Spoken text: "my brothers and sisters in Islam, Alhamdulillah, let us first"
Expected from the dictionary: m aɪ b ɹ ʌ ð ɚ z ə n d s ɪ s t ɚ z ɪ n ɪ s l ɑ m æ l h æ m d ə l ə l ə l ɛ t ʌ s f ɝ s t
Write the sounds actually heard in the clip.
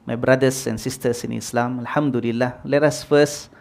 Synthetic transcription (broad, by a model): m aɪ b ɹ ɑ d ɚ s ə n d s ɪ s t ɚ s ɪ n ɪ s l ɑ m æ l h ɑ m d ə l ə l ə l ɛ t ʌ s f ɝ s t